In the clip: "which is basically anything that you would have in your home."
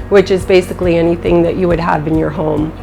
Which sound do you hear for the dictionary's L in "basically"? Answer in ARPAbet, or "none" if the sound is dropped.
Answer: L